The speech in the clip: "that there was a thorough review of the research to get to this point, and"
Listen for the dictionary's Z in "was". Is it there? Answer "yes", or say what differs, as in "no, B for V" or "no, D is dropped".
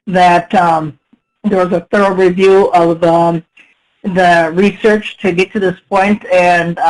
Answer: yes